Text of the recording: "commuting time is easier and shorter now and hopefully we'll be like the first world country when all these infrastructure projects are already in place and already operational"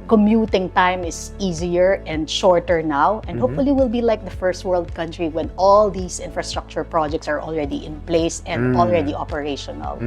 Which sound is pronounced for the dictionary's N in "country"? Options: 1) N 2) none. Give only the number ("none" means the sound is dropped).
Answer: 1